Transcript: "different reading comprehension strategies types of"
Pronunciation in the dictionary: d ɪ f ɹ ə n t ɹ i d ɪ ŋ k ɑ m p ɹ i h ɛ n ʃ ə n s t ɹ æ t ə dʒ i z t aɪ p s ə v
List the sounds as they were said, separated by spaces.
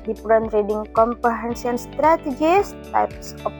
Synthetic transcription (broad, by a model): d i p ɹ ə n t ɹ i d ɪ ŋ k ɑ m p ɹ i h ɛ n s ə n s t ɹ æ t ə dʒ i s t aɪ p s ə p